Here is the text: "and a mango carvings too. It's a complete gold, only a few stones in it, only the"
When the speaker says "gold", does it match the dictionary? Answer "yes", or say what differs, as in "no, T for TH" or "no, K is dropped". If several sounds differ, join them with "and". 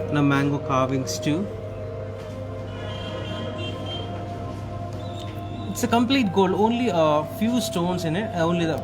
no, D is dropped